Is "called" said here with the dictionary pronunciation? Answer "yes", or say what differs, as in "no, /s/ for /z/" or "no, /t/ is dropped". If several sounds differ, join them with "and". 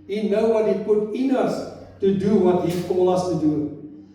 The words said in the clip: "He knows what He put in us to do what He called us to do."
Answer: no, /d/ is dropped